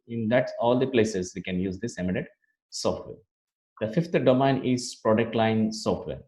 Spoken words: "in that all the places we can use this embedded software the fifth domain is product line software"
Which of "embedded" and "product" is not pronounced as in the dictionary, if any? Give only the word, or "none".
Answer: embedded